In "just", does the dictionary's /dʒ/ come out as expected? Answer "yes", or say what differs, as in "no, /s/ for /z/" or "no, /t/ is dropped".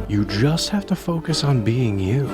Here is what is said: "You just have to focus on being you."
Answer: yes